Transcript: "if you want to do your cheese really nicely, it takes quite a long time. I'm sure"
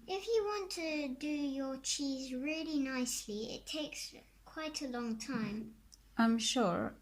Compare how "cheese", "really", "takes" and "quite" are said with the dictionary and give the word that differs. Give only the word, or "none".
none